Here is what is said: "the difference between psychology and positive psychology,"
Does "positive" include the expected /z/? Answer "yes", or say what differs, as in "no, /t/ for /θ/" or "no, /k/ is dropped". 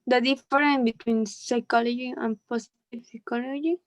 no, /s/ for /z/